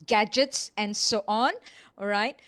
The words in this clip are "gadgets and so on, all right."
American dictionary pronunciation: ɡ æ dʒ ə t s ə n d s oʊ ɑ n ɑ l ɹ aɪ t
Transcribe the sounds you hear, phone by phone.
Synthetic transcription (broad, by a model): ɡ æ dʒ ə t s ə n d s oʊ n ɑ n ɹ aɪ t